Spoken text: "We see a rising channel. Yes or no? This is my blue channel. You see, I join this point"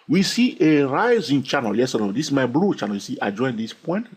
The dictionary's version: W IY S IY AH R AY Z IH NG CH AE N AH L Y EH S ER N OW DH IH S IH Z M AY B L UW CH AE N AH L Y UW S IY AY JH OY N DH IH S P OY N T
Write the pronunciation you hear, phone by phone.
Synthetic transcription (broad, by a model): W IY S IY AH R AY Z IH NG CH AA N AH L Y EH S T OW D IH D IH S M AY B L UW CH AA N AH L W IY S IY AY JH OY N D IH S P OY N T